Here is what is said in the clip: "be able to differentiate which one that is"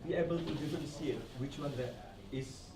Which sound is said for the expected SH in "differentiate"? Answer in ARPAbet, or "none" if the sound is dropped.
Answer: S